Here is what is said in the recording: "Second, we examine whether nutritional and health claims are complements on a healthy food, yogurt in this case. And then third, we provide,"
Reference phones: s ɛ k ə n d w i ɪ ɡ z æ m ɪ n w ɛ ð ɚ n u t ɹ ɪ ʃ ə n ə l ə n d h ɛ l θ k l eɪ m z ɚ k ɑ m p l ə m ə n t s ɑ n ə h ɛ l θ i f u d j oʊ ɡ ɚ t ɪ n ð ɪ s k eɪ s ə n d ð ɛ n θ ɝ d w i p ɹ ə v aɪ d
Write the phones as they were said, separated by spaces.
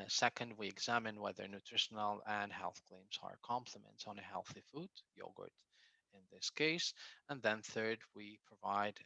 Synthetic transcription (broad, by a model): s ɛ k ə n d w i ɪ ɡ z æ m ɪ n w ɛ ð ɚ n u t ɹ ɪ ʃ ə n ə l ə n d h ɛ l θ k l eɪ m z ɚ k ɑ m p l ə m ə n t s n ə h ɛ l θ i f u d j oʊ ɡ ɚ t ɪ n ð ɪ s k eɪ s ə n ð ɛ n θ ɝ d w i p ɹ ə v aɪ d